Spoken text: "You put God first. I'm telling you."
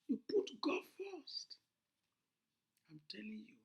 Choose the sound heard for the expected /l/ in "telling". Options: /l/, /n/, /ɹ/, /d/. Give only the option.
/l/